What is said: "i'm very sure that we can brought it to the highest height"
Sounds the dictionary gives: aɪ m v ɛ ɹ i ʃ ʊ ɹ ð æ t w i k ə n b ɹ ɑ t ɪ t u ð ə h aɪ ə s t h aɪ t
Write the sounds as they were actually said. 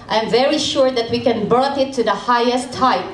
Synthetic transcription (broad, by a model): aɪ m v ɛ ɹ i ʃ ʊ ɹ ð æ t w i k ə n b ɑ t ɪ t u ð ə h aɪ ə s t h aɪ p